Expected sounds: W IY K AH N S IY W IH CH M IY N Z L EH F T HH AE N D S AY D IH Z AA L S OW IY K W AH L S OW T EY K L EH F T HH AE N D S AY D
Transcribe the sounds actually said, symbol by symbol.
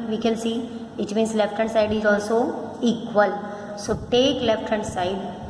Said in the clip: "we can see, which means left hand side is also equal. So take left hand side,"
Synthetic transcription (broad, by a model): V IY K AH L S IY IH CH M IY N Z L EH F T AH N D S AY D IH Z AA L S OW IY K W AH L S OW T EY K L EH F T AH N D S AY D